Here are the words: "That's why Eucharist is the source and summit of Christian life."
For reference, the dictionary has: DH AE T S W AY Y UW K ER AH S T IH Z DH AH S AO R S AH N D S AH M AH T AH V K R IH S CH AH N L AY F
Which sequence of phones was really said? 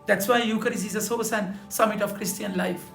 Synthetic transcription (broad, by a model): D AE T S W AY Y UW K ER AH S IH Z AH S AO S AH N S AH M AH T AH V K R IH S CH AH N L AY F